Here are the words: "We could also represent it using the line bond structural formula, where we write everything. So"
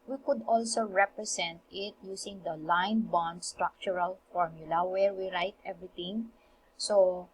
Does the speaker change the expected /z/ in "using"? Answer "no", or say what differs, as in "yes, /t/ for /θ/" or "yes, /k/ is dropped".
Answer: yes, /s/ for /z/